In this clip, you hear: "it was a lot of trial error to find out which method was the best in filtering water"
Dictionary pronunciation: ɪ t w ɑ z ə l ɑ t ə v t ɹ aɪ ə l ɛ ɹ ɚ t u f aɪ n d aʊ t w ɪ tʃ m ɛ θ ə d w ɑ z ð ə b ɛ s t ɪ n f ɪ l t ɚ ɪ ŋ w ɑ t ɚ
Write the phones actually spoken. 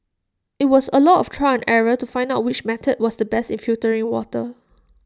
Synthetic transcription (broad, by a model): ɪ t w ɑ s ə l ɑ t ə f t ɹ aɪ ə n ɛ ɹ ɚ t u f aɪ n d aʊ t w ɪ tʃ m ɛ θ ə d w ɑ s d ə b ɛ s t ɪ n f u t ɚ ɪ ŋ w ɑ t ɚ